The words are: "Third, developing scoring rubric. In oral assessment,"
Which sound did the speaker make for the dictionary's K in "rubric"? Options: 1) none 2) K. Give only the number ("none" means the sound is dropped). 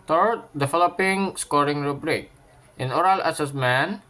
2